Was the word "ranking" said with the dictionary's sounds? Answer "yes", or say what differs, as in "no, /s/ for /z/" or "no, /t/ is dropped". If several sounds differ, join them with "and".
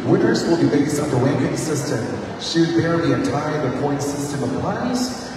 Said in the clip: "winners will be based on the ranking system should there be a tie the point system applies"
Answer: no, /w/ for /ɹ/